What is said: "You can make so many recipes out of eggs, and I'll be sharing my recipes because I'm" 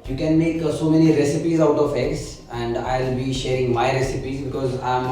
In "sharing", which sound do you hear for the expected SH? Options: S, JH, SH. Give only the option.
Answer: SH